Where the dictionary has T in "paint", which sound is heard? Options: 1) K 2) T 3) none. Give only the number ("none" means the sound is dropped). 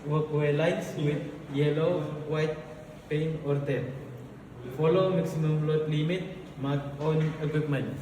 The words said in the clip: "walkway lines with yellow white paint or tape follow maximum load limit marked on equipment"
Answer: 3